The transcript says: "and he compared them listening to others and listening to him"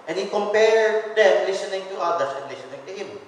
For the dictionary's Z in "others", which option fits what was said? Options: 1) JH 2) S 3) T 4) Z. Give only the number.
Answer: 2